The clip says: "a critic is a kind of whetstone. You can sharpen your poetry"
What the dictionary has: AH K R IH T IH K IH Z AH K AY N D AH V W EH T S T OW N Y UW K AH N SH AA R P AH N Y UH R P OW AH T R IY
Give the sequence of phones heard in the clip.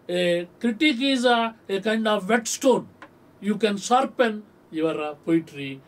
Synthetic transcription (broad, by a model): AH K R IH T IH K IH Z AH K AY N D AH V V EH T S T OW N Y UW K AH N S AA R P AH N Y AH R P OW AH T R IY